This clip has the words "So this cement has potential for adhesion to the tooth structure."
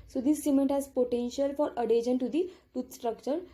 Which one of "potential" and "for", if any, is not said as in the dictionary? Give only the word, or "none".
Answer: none